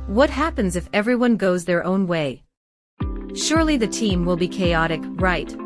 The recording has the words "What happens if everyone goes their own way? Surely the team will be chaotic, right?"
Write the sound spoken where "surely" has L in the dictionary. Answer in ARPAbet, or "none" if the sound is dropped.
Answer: L